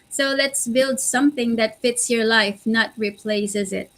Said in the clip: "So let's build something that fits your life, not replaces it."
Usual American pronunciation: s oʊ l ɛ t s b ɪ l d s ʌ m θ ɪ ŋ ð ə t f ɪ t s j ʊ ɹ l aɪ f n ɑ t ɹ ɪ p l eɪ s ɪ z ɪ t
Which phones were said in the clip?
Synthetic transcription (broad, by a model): s oʊ l ɛ t s b ɪ l d s ʌ m θ ɪ ŋ ð ə t f ɪ t s j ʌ ɹ l aɪ f n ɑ t ɹ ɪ p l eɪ s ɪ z ɪ t